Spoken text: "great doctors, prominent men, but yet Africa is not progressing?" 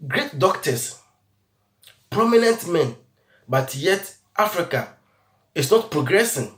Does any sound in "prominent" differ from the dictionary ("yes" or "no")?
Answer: no